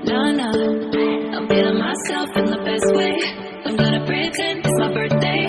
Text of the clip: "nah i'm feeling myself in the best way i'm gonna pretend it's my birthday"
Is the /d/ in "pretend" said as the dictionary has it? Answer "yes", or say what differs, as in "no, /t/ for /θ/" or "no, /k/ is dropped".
no, /d/ is dropped